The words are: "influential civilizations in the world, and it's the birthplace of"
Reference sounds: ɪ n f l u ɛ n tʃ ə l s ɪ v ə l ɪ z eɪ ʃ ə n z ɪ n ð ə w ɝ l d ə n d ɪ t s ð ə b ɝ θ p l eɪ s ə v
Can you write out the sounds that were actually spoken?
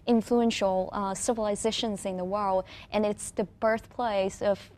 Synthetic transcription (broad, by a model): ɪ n f l u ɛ n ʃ l s ɪ v ə l ɪ z eɪ ʃ ə n z ɪ n ð ə w ɝ l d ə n ɪ t s ð ə b ɝ θ p l eɪ s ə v